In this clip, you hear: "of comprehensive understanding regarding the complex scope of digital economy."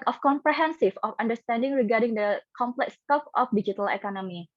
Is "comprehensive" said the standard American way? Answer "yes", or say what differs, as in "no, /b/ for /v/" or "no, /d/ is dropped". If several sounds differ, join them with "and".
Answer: no, /f/ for /v/